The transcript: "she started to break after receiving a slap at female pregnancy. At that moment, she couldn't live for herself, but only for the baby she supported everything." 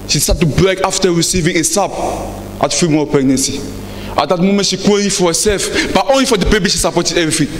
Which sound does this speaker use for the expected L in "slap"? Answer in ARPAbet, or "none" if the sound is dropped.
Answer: none